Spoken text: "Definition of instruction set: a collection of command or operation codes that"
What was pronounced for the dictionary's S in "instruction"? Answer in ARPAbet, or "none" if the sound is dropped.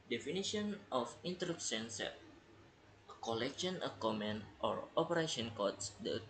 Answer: none